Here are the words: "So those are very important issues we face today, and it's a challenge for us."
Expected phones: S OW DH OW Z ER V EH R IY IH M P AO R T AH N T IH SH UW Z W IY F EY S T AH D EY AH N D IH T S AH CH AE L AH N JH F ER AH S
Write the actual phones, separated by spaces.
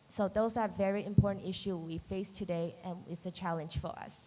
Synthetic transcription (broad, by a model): S OW DH OW Z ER V EH R IY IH M P AO R T N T IH SH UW W IY F EY S T AH D EY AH N IH T S AH CH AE L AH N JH F ER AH S